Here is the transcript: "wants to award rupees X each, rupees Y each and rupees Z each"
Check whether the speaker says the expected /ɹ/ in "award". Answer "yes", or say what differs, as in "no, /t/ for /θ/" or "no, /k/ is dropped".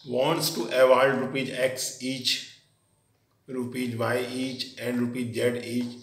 no, /l/ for /ɹ/